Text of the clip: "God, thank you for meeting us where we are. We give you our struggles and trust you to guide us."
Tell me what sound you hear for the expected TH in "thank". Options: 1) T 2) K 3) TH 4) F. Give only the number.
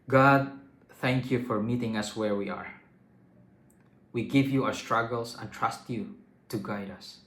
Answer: 3